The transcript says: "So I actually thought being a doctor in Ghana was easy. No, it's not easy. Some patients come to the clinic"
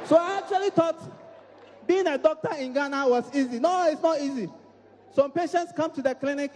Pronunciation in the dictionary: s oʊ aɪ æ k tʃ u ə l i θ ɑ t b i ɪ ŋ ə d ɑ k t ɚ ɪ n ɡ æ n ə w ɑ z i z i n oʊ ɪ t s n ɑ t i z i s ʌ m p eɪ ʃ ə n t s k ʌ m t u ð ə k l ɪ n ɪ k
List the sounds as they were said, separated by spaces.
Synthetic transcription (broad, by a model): s oʊ aɪ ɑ k tʃ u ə l i t ɑ t b i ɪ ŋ ə d ɑ k t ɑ ɪ n ɡ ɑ n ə w ɑ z i z i n oʊ ɪ t s n ɑ t i z i s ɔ m p eɪ ʃ ə n t s k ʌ m t u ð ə k l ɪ n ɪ k